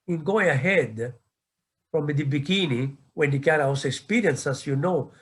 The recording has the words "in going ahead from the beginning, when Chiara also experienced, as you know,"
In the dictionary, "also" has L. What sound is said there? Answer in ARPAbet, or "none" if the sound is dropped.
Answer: none